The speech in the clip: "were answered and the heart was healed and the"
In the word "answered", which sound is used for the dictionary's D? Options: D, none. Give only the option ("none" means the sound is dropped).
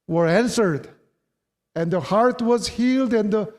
D